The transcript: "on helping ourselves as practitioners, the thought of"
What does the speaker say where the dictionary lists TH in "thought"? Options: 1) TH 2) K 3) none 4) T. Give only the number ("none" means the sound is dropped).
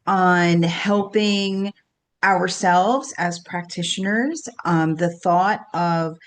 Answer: 1